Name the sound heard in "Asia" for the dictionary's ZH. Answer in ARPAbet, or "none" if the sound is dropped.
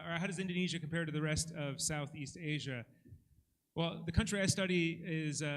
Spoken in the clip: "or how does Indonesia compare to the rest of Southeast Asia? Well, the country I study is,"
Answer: ZH